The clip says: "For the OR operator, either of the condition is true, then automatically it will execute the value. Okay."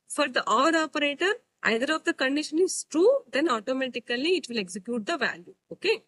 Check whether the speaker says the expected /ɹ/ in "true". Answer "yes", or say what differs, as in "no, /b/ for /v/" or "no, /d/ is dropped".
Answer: yes